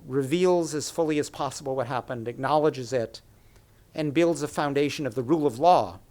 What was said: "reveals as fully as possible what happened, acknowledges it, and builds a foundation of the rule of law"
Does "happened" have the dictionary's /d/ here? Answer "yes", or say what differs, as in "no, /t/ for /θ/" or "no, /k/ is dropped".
yes